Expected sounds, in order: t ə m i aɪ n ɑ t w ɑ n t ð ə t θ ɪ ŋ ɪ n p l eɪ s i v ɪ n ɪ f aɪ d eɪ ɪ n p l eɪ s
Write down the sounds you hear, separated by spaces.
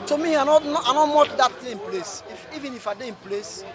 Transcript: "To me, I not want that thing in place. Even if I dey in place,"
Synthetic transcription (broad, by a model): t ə m i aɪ n ɑ t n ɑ n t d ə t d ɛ ɪ n p l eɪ s i v ɪ n ɪ f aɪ d eɪ ɪ n p l eɪ s